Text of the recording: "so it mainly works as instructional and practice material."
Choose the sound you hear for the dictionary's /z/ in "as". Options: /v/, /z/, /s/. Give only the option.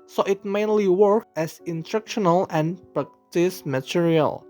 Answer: /s/